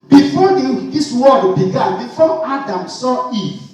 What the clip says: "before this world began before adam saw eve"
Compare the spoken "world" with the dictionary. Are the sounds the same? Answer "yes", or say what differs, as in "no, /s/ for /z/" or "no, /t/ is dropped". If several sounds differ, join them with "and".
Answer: no, /l/ is dropped